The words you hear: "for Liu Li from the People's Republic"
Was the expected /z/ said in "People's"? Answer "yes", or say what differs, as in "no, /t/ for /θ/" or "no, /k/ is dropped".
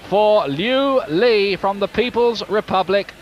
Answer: yes